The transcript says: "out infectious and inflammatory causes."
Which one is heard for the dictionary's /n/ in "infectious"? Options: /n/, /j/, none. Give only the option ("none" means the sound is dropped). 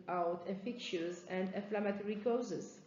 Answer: none